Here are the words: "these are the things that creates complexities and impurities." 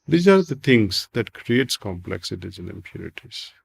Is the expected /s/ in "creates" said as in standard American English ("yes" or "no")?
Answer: yes